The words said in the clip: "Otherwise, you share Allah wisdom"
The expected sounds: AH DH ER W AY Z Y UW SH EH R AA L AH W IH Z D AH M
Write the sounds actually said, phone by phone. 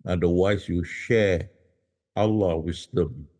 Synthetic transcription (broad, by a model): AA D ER W AY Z Y UW SH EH AA L AH W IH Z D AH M